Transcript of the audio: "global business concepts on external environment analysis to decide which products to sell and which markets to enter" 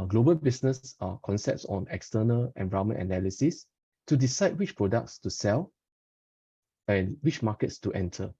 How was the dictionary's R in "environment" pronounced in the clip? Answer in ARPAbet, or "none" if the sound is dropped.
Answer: none